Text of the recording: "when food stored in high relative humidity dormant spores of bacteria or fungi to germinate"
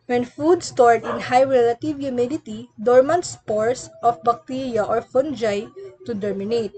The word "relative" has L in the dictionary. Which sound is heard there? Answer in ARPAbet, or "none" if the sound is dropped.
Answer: L